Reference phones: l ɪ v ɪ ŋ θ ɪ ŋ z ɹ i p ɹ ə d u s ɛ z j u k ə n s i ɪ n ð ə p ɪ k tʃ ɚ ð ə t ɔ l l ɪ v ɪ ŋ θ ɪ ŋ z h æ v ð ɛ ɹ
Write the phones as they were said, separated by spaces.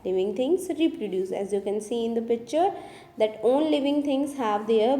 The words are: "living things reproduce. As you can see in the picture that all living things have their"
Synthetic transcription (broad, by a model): l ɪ v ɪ ŋ t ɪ ŋ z ɹ i p ɹ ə d u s ɛ z j u k ə n s i ɪ n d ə p ɪ k tʃ ɚ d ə t ɔ n l ɪ v ɪ ŋ t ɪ ŋ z h æ v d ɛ ɹ